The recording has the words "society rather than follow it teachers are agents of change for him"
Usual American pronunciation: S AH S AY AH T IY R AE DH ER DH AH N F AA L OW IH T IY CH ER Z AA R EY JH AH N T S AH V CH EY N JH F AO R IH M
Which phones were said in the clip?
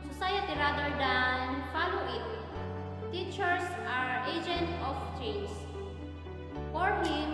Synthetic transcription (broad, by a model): S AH S AY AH T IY R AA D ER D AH N F AA L OW IH T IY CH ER S AA R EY JH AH N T AH F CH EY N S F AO R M